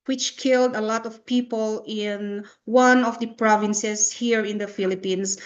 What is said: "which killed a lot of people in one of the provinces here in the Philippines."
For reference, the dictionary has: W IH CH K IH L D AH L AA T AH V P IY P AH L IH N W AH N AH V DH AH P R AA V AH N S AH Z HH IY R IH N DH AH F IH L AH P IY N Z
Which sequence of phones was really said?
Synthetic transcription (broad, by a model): W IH CH K IH L D AH L AA T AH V P IY P AH L IH N W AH N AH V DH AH P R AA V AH N S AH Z HH IY R IH N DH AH F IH L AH P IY N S